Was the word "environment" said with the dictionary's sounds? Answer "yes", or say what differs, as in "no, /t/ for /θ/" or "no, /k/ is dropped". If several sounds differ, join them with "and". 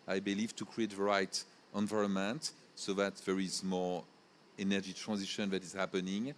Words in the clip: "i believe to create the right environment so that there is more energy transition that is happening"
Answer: yes